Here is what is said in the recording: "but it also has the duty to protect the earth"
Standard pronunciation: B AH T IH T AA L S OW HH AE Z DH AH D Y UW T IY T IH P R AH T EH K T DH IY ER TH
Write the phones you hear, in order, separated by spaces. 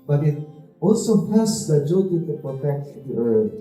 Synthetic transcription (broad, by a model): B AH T IH T AA L S OW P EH S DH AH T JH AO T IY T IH P R AH T EH K T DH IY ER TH